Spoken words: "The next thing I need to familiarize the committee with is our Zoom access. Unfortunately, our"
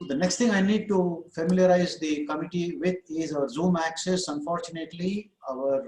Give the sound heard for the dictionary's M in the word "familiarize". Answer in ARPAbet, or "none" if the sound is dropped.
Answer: M